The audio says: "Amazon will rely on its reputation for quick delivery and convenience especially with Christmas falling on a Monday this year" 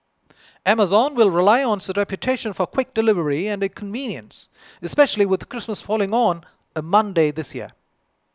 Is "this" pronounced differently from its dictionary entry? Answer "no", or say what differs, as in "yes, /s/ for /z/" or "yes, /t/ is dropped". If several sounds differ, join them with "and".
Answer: no